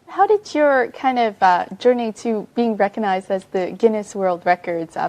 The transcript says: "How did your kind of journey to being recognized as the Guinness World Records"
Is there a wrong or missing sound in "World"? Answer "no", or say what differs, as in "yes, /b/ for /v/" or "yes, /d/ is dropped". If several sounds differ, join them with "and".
no